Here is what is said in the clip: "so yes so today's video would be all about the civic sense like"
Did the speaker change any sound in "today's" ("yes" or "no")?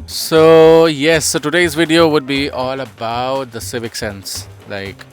no